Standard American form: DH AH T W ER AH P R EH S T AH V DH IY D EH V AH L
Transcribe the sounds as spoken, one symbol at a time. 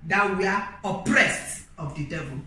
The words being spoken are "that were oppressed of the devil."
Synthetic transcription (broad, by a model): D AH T W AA AH P R EH S T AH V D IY D EH V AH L